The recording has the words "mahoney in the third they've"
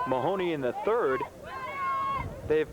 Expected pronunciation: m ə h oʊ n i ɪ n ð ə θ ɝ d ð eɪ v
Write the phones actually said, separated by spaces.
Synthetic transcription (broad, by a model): m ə h oʊ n i ɪ n ð ə θ ɝ d ð eɪ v